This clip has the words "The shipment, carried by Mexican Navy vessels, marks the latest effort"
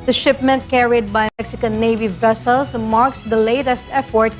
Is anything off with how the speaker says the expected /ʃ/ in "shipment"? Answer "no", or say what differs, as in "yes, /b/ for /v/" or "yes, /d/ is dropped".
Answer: no